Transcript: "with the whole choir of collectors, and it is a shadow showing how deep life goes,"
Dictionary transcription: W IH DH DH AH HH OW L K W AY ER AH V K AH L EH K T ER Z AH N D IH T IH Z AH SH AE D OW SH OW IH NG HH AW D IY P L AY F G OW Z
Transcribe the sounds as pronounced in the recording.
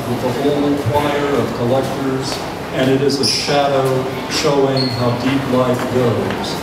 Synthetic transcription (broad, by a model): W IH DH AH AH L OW N K W AY ER AH V K AH L EH K T ER Z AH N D IH T IH Z AH SH AE D OW SH OW IH NG HH AW D IY P L AY F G OW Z